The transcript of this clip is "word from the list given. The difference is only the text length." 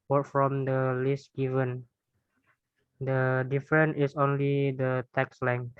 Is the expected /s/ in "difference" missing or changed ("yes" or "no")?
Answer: yes